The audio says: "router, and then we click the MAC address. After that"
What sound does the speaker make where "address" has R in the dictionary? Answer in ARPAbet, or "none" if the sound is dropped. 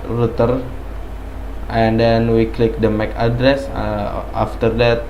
R